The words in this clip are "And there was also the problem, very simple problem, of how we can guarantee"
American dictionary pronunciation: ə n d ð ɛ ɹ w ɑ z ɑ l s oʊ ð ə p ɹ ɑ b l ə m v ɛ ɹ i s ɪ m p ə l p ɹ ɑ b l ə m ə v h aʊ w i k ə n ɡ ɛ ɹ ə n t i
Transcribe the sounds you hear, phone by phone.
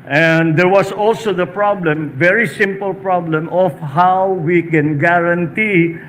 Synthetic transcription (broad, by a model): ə n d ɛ ɹ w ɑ s ɑ l s oʊ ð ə p ɹ ɑ b l ə m v ɛ ɹ i s ɪ m p ə l p ɹ ɑ b l ə m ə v h aʊ w i k ə n ɡ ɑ ɹ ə n t i